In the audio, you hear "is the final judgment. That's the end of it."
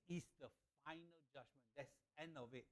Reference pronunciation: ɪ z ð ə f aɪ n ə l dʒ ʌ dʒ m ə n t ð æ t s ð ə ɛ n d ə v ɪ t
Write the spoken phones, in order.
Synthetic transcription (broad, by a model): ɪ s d ə f aɪ n ə l dʒ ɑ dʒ m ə n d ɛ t s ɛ n ə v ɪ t